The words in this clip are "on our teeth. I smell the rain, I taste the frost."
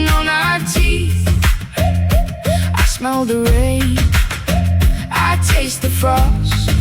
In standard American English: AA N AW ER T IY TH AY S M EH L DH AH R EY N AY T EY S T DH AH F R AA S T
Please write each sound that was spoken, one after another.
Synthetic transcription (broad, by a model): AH N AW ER T IY TH AY S M EH L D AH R EY AY T EY S T DH AH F R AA S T